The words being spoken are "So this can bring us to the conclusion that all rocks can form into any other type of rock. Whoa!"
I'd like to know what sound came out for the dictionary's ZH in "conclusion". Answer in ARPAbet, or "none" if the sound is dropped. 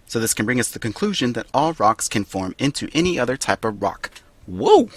ZH